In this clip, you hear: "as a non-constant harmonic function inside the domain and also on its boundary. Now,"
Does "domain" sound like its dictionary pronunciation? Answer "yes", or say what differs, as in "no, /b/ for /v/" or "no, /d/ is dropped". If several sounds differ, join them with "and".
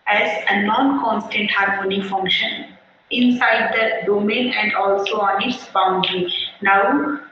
yes